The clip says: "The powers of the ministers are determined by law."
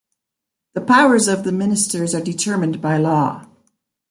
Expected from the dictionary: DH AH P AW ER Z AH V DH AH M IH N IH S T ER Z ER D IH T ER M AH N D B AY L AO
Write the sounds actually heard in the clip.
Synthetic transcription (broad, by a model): DH AH P AW ER Z AH V DH AH M IH N IH S T ER Z ER D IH T ER M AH N B AY L AO